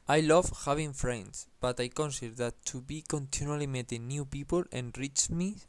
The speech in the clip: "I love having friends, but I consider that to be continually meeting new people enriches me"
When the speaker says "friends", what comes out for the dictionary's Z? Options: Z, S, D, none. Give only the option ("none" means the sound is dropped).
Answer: S